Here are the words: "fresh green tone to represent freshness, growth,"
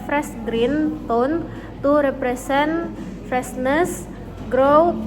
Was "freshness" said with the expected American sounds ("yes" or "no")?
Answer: no